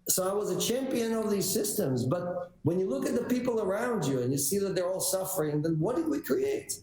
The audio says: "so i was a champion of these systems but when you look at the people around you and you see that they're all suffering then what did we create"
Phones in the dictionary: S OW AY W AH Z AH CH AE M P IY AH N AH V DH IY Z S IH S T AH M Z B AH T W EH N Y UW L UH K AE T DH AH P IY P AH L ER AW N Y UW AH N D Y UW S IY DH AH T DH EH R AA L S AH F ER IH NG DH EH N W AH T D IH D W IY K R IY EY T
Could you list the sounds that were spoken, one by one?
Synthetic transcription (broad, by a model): S OW AY W AH Z AH CH AE M P IY AH N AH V DH IY Z S IH S T AH M Z B AH T W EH N Y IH L UH K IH T DH AH P IY P L ER AW N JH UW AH N Y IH S IY DH AH T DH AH R AA L S AH F ER IH NG DH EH N W AH T D IH D W IY K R IY EY T